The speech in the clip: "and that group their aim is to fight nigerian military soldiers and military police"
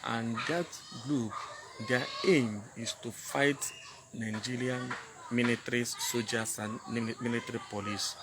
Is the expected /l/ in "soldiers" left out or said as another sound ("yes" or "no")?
yes